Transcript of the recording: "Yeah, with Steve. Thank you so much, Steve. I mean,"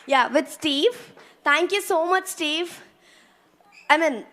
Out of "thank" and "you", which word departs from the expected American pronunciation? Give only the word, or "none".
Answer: thank